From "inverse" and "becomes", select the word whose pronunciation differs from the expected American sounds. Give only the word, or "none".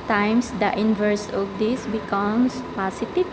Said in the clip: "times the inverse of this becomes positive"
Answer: becomes